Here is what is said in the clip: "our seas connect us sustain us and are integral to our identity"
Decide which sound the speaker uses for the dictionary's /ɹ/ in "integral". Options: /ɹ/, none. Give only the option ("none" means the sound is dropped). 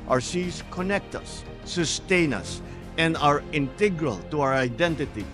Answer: /ɹ/